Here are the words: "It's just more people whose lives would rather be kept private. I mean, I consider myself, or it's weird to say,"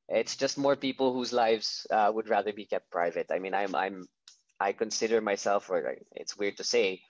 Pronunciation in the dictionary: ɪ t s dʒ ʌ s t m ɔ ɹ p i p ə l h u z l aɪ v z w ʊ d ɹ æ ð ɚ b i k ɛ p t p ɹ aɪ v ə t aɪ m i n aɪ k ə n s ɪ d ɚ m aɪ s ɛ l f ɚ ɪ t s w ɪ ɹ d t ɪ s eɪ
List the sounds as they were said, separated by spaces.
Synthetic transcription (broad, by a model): ɪ t s dʒ ʌ s t m ɔ ɹ p i p l h u z l aɪ v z w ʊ d ɹ æ ð ɚ b i k ɛ p t p ɹ aɪ v ə t aɪ m i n aɪ k ə n s ɪ d ɚ m aɪ s ɛ l f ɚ ɪ t s w ɪ ɹ d t ɪ s eɪ